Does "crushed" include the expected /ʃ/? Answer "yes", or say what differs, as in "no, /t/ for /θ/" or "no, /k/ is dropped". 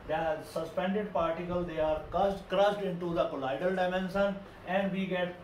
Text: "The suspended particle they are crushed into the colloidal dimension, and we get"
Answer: no, /s/ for /ʃ/